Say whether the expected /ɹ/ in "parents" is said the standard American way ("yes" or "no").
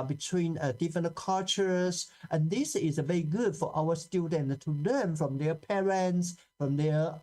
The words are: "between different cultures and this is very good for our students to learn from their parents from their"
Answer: yes